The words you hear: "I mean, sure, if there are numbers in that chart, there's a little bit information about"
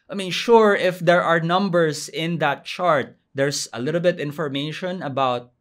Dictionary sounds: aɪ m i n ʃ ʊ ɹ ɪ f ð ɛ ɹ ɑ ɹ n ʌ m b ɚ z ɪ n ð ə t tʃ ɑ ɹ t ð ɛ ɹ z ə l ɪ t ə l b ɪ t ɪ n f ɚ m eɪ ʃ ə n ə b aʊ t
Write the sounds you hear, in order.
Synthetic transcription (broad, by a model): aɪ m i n ʃ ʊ ɹ ɪ f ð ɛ ɹ ɑ ɹ n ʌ m b ɚ s ɪ n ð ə t tʃ ɑ ɹ t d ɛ ɹ s ə l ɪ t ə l b ɪ t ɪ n f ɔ m eɪ ʃ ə n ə b aʊ t